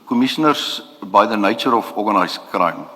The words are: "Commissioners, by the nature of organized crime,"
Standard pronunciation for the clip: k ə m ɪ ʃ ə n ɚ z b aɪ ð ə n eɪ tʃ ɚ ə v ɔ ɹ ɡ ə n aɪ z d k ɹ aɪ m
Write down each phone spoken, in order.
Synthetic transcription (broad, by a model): k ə m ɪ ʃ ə n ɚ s b aɪ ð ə n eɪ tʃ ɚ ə f ɔ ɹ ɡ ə n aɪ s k ɹ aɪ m